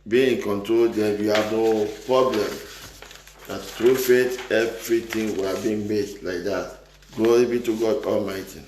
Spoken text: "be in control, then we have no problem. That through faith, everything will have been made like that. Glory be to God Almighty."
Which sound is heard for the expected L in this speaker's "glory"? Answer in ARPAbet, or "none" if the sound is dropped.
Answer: none